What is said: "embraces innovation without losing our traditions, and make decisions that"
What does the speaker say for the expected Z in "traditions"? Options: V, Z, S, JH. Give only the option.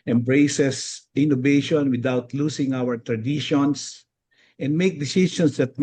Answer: S